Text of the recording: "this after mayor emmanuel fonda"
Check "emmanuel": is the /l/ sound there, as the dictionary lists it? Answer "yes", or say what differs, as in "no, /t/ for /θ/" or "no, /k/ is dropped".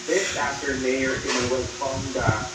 no, /w/ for /l/